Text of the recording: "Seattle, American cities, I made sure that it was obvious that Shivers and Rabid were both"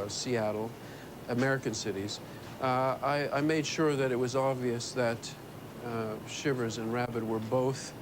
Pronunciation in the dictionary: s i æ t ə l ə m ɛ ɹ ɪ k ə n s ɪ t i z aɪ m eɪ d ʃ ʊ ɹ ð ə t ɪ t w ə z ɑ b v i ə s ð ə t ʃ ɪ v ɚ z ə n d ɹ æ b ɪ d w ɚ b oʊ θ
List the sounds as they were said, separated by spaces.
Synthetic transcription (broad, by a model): s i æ t l ə m ɛ ɹ ɪ k ə n s ɪ t i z aɪ m eɪ d ʃ ʊ ɹ ð ə t ɪ t w ə z ɑ b v i ə s ð ə t ʃ ɪ v ɚ z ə n ɹ æ b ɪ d w ɚ b oʊ θ